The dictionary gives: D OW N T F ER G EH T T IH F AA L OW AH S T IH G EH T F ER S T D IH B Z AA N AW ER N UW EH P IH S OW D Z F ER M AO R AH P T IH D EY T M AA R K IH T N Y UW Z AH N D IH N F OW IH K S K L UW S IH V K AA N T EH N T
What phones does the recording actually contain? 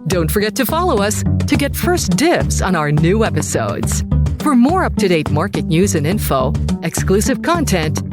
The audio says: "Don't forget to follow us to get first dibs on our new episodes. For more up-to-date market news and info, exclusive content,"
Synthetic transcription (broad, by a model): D OW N T F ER G EH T T IH F AA L OW AH S T IH G EH T F ER S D IH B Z N AW ER N UW EH P IH S OW D Z F ER M AO R AH P T IH D EY T M AA R K IH T N Y UW Z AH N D IH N F OW IH K S K L UW S IH V K AA N T EH N T